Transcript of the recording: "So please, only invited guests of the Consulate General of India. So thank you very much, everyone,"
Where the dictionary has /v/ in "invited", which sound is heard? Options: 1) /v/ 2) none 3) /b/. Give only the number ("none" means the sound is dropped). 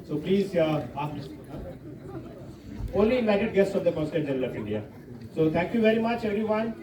2